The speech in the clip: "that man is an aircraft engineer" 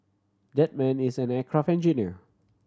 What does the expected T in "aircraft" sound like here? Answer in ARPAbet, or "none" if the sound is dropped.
none